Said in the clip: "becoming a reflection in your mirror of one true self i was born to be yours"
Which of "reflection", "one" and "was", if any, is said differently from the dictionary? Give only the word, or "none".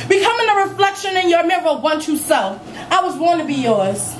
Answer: none